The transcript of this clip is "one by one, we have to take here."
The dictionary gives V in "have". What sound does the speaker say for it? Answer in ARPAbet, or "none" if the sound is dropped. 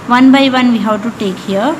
W